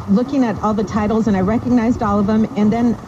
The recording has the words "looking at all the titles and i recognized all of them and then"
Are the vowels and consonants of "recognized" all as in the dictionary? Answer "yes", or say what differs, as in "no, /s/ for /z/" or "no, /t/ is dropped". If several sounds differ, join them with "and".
yes